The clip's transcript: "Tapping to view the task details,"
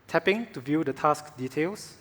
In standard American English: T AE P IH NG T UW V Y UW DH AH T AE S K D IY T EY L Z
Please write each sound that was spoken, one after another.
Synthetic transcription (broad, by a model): T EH P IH NG T UW V Y UW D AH T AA S K D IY T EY L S